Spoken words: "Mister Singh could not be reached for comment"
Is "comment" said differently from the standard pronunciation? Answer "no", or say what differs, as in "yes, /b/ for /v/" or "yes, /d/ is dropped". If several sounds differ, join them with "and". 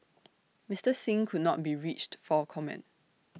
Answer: no